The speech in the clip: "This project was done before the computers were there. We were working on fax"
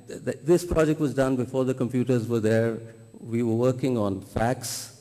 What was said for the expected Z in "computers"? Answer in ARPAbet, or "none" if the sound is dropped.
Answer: Z